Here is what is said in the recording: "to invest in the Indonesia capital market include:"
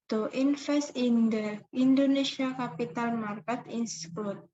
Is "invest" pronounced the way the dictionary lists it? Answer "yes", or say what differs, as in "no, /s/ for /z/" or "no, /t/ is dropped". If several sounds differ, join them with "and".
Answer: no, /f/ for /v/